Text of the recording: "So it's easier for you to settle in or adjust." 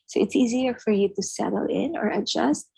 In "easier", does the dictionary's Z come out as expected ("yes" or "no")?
yes